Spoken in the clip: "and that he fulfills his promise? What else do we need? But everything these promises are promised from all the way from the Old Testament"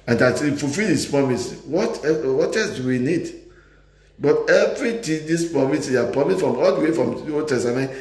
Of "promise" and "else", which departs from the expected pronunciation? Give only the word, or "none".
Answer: else